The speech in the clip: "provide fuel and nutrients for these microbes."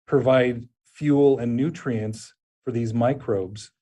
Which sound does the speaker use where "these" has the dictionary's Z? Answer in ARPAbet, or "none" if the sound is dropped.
Z